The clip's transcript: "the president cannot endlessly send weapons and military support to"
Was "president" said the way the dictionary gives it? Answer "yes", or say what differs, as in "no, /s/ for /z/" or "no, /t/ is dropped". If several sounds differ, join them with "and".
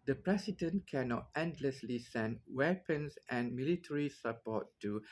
no, /s/ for /z/